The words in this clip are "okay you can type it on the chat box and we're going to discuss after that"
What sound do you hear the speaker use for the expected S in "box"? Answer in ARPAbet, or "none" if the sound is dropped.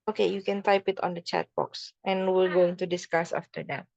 S